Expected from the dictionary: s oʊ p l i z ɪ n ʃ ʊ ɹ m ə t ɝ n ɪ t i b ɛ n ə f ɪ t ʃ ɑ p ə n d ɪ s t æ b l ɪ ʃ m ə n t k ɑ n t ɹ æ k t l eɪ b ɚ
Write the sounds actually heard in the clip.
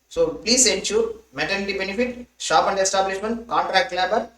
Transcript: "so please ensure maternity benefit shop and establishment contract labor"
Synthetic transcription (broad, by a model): s oʊ p l i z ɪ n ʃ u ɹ m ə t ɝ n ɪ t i b ɛ n ə f ɪ t ʃ ɑ p ə n d ɪ s t æ b l ɪ ʃ m ə n t k ɑ n t ɹ æ k t l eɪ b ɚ